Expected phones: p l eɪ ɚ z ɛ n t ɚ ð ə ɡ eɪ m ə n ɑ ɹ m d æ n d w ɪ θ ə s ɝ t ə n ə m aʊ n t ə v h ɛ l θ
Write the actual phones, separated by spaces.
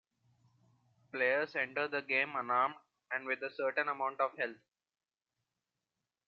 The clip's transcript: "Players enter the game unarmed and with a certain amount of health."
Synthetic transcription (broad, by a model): p l eɪ ɚ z ɛ n t ɚ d ə ɡ eɪ m ə n ɑ ɹ m d æ n d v ɪ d ə s ɝ t ə n ə m aʊ n t ə v h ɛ l t